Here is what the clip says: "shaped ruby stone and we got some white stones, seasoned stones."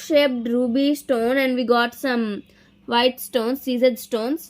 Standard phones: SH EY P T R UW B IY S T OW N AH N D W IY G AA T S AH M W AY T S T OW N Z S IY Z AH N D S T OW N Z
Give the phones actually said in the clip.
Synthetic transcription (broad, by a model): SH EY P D R UW B IY S T OW N AH N D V IY G AA T S AH M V AY T S T OW N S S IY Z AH D S T OW N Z